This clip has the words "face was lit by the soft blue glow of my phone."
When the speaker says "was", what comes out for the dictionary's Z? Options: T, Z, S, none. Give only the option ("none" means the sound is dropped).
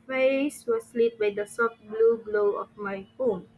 S